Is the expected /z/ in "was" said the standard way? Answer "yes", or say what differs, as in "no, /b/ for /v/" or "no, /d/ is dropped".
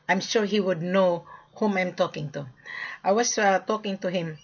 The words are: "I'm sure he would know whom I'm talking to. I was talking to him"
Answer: no, /s/ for /z/